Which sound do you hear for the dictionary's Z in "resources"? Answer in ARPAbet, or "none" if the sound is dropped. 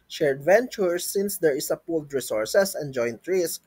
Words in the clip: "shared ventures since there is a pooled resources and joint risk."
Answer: S